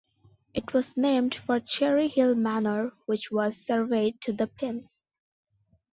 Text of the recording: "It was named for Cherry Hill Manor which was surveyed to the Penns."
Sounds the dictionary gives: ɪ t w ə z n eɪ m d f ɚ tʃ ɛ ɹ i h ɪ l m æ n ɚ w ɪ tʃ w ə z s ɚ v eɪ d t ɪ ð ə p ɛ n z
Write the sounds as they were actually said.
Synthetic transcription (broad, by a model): ɪ t w ə z n eɪ m d f ɚ tʃ ɛ ɹ i h ɪ l m æ n ɚ w ɪ tʃ w ə z s ɚ v eɪ d t ɪ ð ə p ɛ n s